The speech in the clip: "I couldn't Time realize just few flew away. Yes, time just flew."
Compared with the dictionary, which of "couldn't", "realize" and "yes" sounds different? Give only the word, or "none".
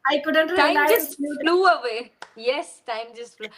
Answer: realize